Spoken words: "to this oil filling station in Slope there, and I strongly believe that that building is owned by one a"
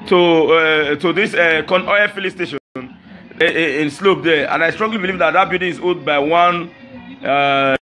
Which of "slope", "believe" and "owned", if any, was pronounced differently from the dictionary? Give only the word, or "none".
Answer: owned